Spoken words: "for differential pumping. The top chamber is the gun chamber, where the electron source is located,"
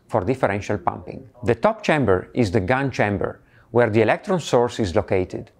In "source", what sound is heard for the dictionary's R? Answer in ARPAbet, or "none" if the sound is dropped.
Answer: R